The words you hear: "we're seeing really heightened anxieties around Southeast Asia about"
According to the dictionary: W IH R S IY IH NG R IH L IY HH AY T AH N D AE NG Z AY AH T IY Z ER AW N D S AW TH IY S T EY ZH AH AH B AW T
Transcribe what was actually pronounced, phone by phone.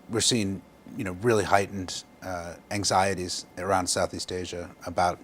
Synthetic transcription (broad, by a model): W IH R S IY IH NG R IH L IY HH AY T N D AE NG Z AY AH T IY Z ER AW N D S AW TH IY S T EY ZH AH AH B AW T